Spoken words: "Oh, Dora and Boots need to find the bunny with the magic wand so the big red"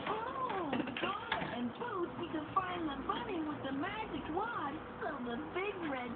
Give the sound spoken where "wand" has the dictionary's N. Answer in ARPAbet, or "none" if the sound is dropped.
none